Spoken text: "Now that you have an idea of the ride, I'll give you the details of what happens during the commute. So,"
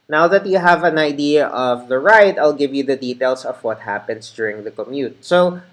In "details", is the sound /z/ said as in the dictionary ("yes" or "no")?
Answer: no